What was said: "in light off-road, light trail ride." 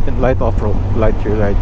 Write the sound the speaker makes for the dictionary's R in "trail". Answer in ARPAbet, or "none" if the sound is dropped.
none